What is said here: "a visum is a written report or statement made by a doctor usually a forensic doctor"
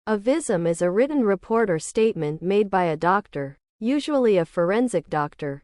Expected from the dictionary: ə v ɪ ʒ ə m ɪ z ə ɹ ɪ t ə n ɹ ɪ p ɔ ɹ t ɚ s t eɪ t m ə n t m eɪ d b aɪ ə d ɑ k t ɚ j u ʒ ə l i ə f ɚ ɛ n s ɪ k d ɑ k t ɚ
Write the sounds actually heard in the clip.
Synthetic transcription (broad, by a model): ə v ɪ z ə m ɪ z ə ɹ ɪ t n ɹ ɪ p ɔ ɹ t ɚ s t eɪ t m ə n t m eɪ d b aɪ ə d ɑ k t ɚ j u ʒ ə l i ə f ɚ ɛ n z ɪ k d ɑ k t ɚ